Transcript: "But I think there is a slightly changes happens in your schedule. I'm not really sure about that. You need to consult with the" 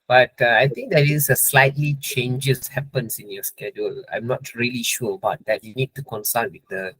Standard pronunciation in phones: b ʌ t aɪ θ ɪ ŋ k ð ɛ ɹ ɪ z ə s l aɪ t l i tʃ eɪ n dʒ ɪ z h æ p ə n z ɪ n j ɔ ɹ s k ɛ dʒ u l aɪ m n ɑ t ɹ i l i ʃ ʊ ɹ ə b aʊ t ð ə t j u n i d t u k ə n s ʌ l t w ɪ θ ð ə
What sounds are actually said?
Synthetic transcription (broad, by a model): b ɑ t aɪ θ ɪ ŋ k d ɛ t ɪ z ə s l aɪ t l i tʃ eɪ n dʒ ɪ s h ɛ p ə n s ɪ n j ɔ s k ɛ dʒ u l aɪ m n ɑ t ɹ i l i ʃ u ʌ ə b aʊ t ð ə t j u n i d t u k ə n s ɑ l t w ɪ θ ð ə